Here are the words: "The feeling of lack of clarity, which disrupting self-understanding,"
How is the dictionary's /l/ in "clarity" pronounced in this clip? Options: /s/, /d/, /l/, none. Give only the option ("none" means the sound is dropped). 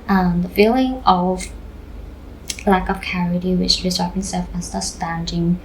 none